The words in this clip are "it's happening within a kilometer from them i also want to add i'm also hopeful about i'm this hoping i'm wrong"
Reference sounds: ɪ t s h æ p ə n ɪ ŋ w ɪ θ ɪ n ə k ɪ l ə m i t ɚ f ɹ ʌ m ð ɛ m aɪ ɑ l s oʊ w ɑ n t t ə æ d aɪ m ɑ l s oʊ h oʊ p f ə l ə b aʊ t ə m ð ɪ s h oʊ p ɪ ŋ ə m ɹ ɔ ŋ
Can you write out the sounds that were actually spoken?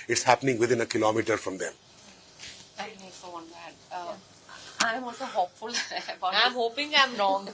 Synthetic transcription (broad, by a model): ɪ t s h æ p ə n ɪ ŋ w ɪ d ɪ n ə k ɪ l ə m i t ɚ f ɹ ʌ m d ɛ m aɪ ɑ n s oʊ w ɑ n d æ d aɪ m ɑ s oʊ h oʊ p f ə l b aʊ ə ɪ h oʊ p ɪ ŋ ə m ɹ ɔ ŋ